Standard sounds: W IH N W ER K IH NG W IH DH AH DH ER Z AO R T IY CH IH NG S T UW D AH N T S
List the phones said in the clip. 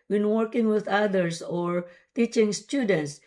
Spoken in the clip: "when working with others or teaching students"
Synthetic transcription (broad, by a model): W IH N W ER K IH NG W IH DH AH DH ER S AO R T IY CH IH NG S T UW D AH N T S